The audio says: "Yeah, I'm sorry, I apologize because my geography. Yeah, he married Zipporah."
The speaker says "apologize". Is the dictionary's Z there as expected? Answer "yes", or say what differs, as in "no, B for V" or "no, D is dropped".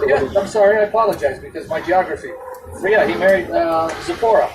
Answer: yes